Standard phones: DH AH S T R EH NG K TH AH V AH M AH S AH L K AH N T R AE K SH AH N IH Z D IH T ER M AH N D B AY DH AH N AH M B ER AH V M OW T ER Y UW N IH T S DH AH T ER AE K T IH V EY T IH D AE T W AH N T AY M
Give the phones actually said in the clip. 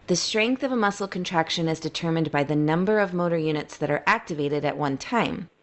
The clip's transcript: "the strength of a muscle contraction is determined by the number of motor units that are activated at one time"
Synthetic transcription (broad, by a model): DH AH S T R EH NG K TH AH V AH M AH S L K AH N T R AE K SH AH N IH Z D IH T ER M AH N B AY DH AH N AH M B ER AH V M OW T ER Y UW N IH T S DH AH T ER AE K T IH V EY T IH D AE T W AH N T AY M